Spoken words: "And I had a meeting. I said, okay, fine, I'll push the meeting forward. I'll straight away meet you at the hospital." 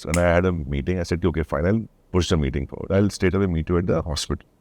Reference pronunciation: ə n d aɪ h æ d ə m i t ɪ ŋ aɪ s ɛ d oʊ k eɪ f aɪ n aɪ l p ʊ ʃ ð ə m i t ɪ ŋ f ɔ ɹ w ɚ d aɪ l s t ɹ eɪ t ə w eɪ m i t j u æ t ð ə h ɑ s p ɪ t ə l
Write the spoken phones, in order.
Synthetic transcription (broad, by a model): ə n aɪ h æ d ə m i t ɪ ŋ aɪ s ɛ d oʊ k eɪ f aɪ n aɪ l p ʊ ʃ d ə m i t ɪ ŋ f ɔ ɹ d aɪ l s t eɪ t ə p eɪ m i t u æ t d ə h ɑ s p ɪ t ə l